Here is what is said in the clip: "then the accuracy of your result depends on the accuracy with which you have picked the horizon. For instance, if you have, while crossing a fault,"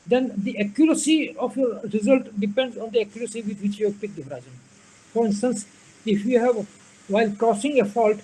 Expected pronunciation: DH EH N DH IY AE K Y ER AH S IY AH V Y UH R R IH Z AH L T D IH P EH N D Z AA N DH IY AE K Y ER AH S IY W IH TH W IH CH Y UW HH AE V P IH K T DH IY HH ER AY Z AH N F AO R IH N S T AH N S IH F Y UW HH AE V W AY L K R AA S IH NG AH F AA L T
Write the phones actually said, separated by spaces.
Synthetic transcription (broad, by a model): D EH N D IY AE K Y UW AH S IY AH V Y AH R R IH Z AH L T D IH P EH N D Z AA N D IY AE K Y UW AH S IY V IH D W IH CH Y UW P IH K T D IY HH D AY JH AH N F AO R IH N S T AH N S IH F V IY HH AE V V AY L K AA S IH NG AH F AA L T